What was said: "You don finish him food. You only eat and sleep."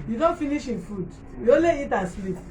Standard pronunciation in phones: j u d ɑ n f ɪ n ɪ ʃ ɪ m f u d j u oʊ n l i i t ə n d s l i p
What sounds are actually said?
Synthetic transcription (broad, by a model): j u d ɑ n f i n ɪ ʃ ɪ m f u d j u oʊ l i i t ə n s l i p